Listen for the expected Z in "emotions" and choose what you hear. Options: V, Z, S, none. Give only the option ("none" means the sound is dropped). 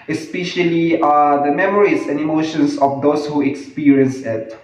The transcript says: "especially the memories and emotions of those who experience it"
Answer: S